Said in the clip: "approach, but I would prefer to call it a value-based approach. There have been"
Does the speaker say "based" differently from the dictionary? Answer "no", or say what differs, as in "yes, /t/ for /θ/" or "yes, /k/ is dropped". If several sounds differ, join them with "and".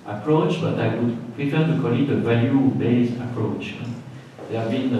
yes, /t/ is dropped